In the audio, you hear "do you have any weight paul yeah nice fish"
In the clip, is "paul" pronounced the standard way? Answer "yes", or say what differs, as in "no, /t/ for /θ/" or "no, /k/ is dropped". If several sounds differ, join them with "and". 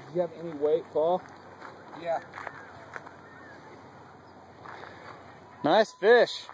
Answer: no, /f/ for /p/